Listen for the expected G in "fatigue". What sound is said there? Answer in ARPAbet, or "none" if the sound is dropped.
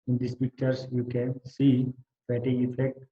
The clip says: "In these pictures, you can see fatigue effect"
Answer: none